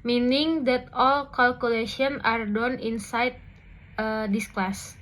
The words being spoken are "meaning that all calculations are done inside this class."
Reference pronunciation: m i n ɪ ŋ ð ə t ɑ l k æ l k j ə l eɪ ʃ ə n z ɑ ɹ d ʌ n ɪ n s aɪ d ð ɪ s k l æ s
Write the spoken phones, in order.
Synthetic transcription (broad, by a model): m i n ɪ ŋ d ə t ɑ l k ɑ l k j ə l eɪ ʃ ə n ɑ ɹ d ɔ n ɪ n s aɪ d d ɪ s k l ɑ s